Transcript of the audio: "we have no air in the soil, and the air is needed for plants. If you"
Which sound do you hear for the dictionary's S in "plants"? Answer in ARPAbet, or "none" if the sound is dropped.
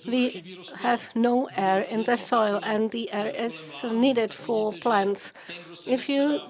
S